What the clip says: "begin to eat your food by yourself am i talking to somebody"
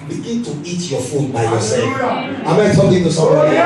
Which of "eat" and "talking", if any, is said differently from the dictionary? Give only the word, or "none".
talking